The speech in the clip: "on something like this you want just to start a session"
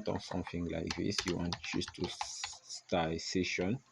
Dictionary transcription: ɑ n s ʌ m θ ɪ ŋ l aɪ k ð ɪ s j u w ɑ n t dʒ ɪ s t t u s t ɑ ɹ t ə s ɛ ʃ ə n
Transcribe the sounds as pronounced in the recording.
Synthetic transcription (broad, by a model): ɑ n s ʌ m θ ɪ ŋ l aɪ k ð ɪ s j u w ɑ n t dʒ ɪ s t t u s t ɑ s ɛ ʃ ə n